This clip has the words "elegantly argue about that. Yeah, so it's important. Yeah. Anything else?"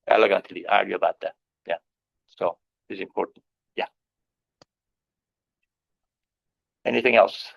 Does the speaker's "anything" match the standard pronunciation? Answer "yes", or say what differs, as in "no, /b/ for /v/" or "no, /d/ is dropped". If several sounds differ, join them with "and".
yes